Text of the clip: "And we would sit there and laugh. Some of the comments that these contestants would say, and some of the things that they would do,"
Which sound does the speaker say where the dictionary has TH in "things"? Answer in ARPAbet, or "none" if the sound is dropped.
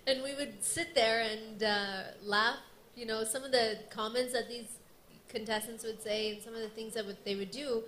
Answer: TH